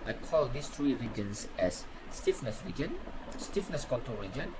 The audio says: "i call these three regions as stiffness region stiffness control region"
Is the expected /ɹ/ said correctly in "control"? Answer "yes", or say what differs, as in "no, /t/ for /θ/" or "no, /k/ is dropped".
no, /ɹ/ is dropped